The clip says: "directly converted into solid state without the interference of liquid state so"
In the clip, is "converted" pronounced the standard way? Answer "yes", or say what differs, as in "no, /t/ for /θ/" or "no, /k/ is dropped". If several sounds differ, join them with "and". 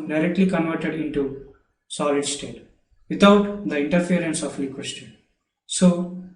yes